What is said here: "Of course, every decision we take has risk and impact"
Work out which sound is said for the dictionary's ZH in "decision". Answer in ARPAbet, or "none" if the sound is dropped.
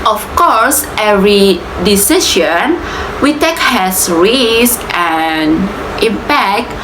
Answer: SH